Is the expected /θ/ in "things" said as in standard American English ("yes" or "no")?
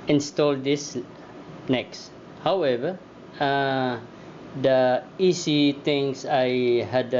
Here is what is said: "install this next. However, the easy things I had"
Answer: no